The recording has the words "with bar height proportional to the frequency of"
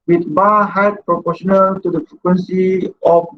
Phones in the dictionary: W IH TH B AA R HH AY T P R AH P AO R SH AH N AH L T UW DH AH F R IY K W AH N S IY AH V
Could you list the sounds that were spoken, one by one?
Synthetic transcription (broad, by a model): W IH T B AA HH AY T P R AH P AO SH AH N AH L T UW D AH F R IY K W AH N S IY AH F